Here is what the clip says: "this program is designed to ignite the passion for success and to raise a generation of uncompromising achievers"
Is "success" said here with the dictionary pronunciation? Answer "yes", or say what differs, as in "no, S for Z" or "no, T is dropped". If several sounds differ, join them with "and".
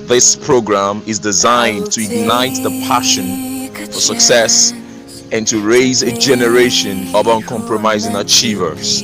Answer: yes